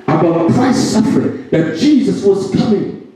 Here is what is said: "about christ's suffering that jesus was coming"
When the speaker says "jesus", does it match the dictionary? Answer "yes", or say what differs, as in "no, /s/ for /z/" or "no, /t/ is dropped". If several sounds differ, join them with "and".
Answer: yes